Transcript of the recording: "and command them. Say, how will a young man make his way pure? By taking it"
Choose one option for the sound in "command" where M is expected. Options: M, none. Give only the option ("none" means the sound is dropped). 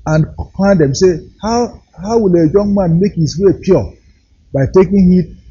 none